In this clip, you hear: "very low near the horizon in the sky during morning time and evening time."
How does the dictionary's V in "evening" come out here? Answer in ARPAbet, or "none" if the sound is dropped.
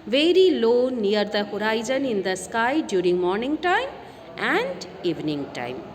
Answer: V